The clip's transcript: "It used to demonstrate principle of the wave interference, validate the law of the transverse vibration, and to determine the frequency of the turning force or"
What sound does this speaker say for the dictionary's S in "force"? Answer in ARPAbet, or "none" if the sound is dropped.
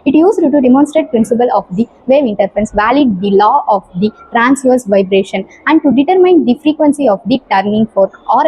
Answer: none